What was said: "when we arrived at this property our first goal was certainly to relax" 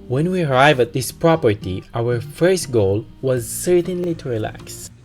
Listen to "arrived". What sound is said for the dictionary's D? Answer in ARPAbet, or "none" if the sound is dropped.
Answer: none